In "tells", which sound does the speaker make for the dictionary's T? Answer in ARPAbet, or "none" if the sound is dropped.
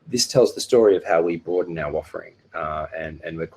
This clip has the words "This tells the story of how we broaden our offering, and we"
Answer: T